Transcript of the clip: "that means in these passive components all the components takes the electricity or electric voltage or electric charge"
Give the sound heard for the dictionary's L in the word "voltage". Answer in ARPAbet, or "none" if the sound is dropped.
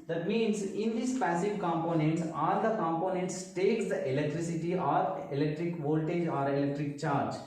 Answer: L